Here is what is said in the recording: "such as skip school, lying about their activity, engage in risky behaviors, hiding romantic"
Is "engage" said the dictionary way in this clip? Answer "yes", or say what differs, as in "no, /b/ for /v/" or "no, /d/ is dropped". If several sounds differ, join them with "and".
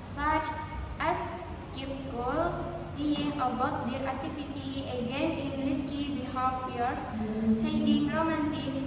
no, /n/ is dropped